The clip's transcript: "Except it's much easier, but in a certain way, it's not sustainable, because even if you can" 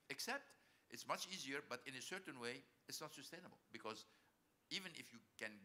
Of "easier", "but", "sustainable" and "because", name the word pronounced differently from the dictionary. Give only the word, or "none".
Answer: none